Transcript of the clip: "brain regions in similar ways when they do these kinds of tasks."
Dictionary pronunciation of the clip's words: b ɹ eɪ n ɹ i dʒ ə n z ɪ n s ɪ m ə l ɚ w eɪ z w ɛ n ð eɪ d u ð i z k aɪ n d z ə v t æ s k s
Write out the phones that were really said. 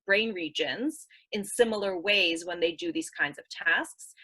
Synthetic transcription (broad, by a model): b ɹ eɪ n ɹ i dʒ ə n z ɪ n s ɪ m l ɚ w eɪ z w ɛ n ð eɪ d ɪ ð i z k aɪ n d z ə v t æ s k s